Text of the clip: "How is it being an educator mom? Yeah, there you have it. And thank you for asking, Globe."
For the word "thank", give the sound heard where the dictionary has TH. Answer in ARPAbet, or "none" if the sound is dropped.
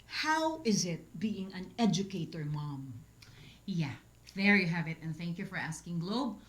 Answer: TH